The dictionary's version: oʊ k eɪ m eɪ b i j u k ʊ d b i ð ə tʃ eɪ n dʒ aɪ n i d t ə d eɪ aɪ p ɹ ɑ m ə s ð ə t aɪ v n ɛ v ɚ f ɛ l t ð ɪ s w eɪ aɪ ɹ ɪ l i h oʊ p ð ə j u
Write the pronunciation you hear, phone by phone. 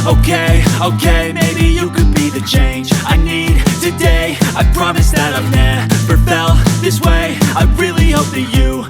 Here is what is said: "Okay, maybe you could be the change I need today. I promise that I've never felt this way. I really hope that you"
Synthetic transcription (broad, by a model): oʊ k eɪ m eɪ b i j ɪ k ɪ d b i ð ə tʃ eɪ n dʒ aɪ n i d t ə d eɪ aɪ p ɹ ɑ m ə s ð ə t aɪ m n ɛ p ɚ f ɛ l ð ɪ s w eɪ aɪ ɹ ɪ l i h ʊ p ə j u